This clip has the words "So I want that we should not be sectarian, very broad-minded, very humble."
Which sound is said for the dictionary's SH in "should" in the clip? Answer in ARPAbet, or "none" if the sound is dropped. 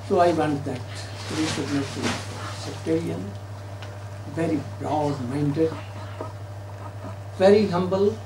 S